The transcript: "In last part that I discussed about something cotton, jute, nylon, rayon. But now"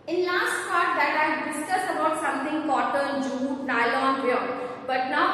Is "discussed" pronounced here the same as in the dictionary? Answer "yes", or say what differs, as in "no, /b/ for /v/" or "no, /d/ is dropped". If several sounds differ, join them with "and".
no, /t/ is dropped